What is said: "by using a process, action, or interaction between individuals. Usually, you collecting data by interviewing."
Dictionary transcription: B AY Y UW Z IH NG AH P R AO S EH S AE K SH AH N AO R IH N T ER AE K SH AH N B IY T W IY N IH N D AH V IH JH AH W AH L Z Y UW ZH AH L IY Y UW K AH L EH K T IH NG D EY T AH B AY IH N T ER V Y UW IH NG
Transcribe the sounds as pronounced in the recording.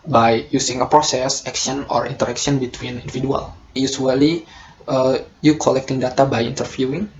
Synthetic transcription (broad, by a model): B AY Y UW S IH NG AH P R AO S EH S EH K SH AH N AO R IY N T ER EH K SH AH N B IY T W IY N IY N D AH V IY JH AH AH L Y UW S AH L IY Y UW K AH L EH K T IH NG D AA T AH B AY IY N T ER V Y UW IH NG